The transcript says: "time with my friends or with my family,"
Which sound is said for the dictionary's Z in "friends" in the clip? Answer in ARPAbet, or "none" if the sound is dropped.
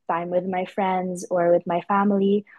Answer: Z